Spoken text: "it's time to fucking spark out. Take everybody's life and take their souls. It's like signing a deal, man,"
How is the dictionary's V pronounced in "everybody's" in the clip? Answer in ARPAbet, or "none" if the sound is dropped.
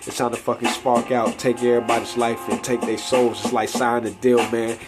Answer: none